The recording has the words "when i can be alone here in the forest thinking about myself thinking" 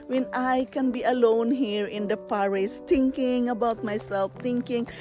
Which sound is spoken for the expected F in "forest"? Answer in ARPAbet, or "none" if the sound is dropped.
P